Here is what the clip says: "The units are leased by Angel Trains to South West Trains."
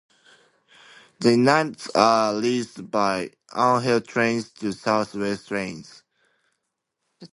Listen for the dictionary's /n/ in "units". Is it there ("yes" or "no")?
no